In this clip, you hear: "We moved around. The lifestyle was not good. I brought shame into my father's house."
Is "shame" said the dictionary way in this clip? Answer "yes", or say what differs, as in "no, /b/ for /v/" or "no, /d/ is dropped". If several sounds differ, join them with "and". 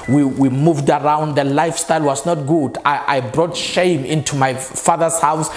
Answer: yes